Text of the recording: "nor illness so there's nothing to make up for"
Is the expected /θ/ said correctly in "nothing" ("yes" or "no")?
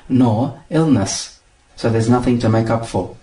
yes